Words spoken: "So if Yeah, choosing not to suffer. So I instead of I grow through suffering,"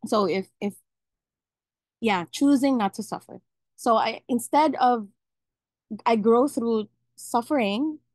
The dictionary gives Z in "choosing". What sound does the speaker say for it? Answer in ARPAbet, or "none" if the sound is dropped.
Z